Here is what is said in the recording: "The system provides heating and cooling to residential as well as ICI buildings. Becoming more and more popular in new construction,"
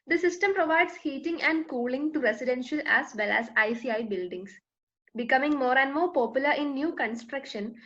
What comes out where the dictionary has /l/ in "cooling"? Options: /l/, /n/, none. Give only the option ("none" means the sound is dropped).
/l/